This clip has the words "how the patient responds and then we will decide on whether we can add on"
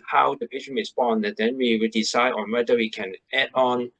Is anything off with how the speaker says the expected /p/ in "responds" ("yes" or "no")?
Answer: yes